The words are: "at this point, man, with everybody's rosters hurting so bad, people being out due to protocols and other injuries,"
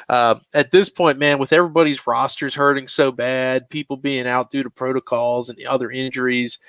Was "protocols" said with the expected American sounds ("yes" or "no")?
yes